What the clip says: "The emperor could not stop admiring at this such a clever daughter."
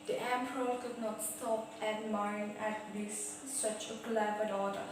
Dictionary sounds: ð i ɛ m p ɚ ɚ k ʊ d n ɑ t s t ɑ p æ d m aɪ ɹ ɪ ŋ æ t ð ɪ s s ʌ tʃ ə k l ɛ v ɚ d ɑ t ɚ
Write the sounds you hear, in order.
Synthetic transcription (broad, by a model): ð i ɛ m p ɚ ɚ k ʊ d n ɑ t s t ɑ p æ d m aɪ ɪ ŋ æ t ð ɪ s s ʌ tʃ ə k l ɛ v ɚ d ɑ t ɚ